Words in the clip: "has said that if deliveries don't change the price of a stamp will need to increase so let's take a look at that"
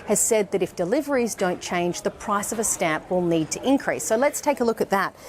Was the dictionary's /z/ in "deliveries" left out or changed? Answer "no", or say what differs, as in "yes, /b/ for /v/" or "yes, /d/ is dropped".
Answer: no